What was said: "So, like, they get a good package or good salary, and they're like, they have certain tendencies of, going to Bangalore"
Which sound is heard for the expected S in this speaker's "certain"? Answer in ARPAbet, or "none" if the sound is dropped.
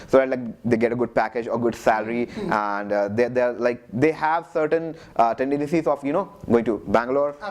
S